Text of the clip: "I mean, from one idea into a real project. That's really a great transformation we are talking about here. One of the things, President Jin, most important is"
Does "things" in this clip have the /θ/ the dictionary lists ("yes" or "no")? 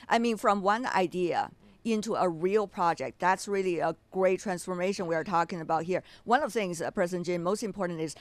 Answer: yes